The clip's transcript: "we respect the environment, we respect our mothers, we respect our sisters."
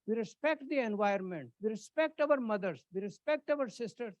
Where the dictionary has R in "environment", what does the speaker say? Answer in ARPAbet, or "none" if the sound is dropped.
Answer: none